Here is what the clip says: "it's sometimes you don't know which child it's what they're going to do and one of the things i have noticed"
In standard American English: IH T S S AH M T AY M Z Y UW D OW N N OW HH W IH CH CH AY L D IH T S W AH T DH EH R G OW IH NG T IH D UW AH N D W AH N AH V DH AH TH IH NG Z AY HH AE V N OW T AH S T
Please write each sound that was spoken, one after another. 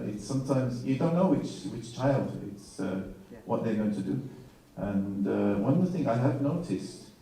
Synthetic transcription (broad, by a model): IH T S S AH M T AY M Z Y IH D OW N N OW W W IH CH CH AY L D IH T S W AH T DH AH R G OW IH NG T IH D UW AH N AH W AH N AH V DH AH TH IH NG AY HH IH V N OW T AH S T